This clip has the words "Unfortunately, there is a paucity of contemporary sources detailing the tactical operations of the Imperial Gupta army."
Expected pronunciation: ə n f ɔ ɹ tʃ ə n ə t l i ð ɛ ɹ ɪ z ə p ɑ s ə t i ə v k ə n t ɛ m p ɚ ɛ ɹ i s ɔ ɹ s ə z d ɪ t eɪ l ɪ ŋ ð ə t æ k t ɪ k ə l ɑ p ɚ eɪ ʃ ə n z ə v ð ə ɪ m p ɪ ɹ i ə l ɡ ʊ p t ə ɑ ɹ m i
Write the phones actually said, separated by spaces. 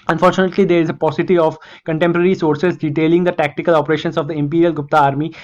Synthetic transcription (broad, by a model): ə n f ɔ ɹ tʃ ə n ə t l i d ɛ ɹ ɪ z ə p ɑ s ə t i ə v k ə n t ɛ m p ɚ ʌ ɹ i s ɔ ɹ s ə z d ɪ t eɪ l ɪ ŋ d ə t æ k t ɪ k ə l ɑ p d eɪ ʃ ə n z ə v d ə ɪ m p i ɹ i ə l ɡ ʊ p t ə ɑ ɹ m i